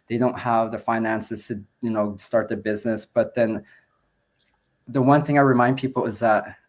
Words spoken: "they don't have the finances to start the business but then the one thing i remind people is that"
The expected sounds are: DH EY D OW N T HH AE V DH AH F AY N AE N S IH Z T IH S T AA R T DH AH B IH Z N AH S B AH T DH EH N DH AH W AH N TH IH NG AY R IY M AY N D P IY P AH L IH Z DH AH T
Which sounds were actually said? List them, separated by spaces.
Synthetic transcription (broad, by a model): DH EY D OW N T HH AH V DH AH F AY N AE N S IH Z T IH S T AA R T DH AH B IH Z N AH S B AH T DH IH N DH AH W AH N TH IH NG AY R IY M AY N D P IY P L IH Z DH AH T